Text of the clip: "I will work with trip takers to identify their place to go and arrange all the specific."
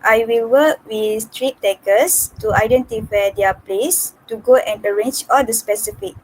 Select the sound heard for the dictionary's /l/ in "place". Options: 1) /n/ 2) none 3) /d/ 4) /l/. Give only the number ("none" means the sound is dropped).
4